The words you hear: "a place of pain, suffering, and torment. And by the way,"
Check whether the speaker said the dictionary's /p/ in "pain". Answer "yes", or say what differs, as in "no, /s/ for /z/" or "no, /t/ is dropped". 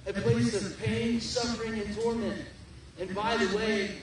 yes